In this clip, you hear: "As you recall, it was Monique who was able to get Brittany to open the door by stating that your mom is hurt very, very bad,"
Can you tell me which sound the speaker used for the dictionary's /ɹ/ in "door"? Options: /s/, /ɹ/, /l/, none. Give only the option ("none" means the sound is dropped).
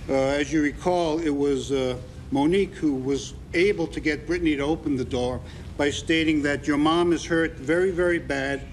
/ɹ/